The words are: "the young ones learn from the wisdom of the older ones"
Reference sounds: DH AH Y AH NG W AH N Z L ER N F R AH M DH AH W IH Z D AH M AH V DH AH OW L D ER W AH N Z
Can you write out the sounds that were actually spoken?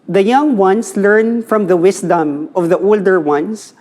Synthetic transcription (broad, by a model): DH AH Y AH NG W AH N S L ER N F R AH M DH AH W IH S D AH M AH V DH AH OW L D ER W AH N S